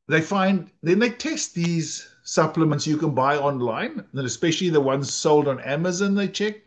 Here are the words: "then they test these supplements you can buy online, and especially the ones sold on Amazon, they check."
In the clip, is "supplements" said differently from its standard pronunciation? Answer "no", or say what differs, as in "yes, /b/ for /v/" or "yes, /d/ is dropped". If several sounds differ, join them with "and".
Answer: no